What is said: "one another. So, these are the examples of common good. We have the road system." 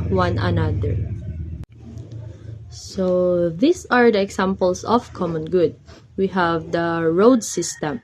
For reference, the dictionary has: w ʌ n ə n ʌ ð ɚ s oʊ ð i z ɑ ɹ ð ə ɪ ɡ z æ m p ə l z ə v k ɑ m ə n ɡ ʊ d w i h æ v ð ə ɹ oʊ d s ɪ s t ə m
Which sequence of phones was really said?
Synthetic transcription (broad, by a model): w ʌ n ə n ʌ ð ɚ s oʊ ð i s ɑ ɹ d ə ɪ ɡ s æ m p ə l s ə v k ɑ m ə n ɡ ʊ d w i h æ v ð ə ɹ oʊ d s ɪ s t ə m